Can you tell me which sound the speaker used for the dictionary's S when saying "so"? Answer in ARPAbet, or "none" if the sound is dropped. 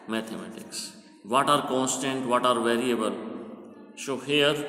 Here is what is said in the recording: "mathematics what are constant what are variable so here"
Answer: SH